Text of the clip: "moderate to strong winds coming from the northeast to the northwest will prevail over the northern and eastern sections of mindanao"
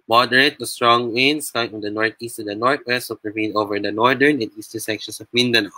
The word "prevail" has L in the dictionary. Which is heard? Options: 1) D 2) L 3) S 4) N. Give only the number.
4